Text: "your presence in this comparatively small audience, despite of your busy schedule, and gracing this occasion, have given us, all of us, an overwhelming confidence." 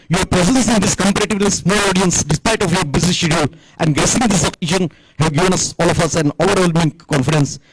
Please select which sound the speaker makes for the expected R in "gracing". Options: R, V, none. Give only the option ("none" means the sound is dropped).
none